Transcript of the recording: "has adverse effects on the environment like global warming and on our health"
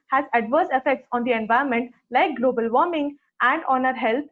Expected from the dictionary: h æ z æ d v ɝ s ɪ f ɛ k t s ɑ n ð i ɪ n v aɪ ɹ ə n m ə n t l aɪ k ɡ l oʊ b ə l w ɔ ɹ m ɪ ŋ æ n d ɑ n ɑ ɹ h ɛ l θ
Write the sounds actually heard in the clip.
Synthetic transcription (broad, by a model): h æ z æ d v ɝ s ɪ f ɛ k t s ɑ n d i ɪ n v aɪ ə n m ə n t l aɪ k ɡ l oʊ b ə l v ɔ ɹ m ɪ ŋ æ n d ɑ n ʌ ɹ h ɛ l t